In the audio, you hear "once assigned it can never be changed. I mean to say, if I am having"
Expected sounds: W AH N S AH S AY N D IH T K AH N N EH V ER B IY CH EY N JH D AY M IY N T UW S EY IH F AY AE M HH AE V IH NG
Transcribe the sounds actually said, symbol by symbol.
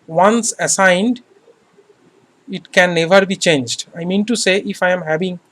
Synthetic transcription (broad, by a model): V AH N S AH S AY N D IH T K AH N N EH V ER B IY CH EY N JH D AY M IY N T UW S EY IH F AY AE M HH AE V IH NG